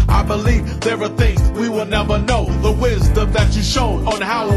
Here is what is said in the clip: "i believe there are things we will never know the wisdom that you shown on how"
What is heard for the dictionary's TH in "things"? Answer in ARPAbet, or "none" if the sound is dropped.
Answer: TH